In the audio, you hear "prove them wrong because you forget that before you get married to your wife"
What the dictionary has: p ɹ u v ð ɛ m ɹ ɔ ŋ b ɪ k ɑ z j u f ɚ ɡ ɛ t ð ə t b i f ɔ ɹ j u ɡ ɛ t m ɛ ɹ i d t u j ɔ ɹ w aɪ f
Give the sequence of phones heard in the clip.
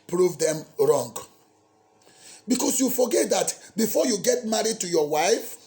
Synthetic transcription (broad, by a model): p ɹ u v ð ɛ m ɹ ɔ ŋ b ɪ k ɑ s j u f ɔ ɡ ɛ t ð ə t b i f ɔ j u ɡ ɛ t m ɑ ɹ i d t u j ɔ w aɪ f